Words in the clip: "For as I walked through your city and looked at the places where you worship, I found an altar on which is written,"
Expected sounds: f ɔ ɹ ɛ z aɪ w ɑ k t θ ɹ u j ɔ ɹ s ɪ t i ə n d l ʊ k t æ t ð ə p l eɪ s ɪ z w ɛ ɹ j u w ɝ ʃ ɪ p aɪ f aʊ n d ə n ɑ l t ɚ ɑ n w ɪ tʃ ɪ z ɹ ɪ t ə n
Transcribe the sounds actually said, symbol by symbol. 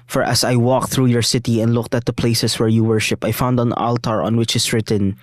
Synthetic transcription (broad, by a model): f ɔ ɹ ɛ s aɪ w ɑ k θ ɹ u j ɔ ɹ s ɪ t i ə n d l ʊ k t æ t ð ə p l eɪ s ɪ s w ɛ ɹ j u w ɝ ʃ ɪ p aɪ f aʊ n d ə n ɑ l t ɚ ɑ n w ɪ tʃ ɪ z ɹ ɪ t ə n